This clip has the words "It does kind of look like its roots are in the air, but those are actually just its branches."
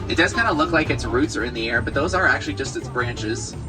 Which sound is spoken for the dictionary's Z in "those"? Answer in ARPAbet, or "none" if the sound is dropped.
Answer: Z